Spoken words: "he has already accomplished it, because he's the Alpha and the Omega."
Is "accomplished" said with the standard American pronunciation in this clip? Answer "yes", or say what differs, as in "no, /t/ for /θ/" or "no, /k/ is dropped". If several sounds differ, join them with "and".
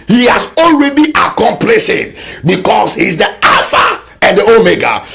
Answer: no, /t/ is dropped